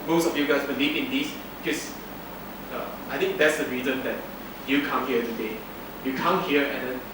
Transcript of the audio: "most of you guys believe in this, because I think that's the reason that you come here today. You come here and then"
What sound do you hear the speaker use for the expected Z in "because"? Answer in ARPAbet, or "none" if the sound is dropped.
none